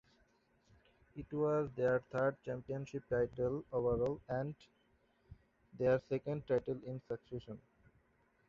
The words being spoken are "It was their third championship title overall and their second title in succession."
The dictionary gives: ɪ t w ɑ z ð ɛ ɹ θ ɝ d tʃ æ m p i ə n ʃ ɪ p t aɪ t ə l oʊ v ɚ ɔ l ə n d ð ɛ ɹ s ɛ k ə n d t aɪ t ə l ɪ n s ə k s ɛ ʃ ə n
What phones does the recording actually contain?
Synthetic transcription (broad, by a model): ɪ t w ɑ z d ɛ ɹ t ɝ d tʃ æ m p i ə n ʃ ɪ p t aɪ t ə l oʊ v ɚ ɔ l ə n d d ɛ ɹ s ɛ k ə n d t aɪ t ə l ɪ n s ə k s ɛ ʃ ə n